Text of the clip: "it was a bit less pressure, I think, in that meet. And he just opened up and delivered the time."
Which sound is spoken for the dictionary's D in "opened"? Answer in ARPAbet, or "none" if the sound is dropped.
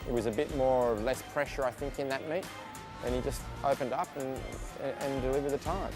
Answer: D